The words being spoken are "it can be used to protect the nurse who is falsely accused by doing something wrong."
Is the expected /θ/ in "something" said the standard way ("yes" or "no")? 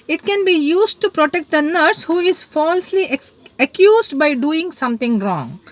no